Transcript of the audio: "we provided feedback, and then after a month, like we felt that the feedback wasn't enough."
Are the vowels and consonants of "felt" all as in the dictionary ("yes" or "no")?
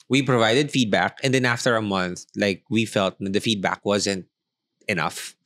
yes